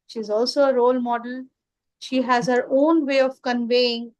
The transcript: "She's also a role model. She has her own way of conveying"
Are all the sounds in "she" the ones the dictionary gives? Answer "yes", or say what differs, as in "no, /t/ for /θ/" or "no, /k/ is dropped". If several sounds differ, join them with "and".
yes